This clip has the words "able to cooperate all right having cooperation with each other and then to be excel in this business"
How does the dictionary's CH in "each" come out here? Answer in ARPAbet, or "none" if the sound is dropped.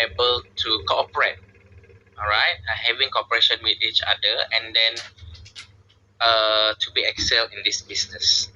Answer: CH